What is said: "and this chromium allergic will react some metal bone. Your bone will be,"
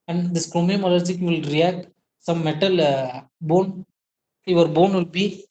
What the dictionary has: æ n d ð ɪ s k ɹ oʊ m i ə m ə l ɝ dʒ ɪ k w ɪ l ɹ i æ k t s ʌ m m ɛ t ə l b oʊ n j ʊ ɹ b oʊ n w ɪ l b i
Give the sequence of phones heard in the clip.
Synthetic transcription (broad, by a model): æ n d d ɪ s k ɹ oʊ m i ə m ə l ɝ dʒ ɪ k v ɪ l ɹ i æ k t s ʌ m m ɛ t ə l b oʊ n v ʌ ɹ b oʊ n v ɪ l b i